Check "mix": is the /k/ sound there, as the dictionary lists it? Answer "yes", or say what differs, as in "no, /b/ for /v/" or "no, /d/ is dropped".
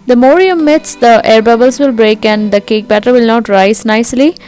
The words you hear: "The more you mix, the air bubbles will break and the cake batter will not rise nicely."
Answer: no, /k/ is dropped